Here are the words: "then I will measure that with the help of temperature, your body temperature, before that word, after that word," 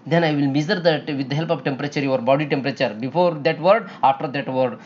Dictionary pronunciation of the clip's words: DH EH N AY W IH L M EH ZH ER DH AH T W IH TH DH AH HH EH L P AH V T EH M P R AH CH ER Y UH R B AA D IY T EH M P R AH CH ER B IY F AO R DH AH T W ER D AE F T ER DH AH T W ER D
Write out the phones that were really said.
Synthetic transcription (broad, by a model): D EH N AY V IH L M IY Z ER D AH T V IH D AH HH EH L P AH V T EH M P R AH CH ER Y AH R B AA D IY T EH M P R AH CH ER B IY F AO R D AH T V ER D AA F T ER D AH T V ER D